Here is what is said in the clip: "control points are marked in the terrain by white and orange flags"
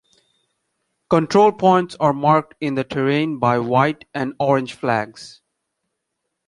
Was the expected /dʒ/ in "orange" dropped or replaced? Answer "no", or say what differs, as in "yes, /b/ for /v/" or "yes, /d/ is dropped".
no